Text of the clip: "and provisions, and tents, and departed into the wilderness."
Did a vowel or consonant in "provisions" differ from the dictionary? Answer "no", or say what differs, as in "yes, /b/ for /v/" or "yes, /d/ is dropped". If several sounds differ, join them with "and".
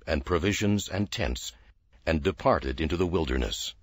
no